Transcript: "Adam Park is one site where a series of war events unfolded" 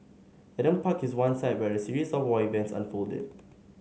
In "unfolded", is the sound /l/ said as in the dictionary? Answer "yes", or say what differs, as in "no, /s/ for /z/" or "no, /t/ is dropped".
yes